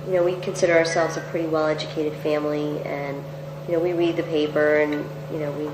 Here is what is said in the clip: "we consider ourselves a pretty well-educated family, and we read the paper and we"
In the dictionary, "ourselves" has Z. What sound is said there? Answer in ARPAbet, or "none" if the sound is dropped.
Z